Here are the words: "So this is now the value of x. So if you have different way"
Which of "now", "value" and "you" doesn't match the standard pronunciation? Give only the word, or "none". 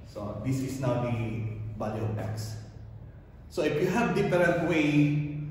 value